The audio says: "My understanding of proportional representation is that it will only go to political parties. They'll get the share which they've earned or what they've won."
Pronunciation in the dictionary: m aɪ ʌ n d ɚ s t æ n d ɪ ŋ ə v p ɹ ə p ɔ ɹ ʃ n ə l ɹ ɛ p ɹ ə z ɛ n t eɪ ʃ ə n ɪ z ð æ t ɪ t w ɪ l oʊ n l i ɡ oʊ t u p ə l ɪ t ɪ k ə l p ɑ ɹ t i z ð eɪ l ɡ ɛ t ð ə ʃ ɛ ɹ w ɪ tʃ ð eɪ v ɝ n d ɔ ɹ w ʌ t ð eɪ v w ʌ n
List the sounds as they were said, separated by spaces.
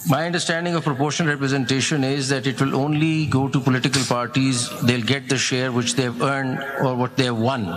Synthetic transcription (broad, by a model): m aɪ ʌ n d ɚ s t æ n d ɪ ŋ ə v p ɹ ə p ɔ ɹ ʃ ə n ɹ ɛ p ɹ ə z ɛ n t eɪ ʃ ə n ɪ z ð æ t ɪ t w ɪ l oʊ n l i ɡ oʊ t u p ə l ɪ t ɪ k ə l p ɑ ɹ t i z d eɪ l ɡ ɛ t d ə ʃ ɛ ɹ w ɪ tʃ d eɪ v ɝ n d ɔ ɹ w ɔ t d eɪ v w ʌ n